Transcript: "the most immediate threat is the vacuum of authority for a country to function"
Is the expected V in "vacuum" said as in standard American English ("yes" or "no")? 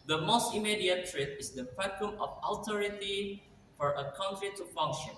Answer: no